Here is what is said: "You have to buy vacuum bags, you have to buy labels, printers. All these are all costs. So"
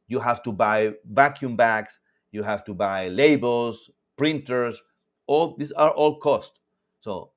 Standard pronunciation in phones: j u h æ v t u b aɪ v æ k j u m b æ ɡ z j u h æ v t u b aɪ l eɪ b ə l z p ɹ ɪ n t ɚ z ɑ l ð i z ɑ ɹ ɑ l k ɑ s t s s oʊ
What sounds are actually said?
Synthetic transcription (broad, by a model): j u h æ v t u b aɪ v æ k j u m b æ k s j u h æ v t u b aɪ l eɪ b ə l s p ɹ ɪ n t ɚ s ɑ l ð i s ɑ ɹ ɑ l k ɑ s t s s oʊ